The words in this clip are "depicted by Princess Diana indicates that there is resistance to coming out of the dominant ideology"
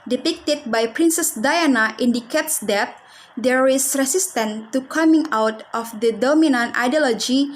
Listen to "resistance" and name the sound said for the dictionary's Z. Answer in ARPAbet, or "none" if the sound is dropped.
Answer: S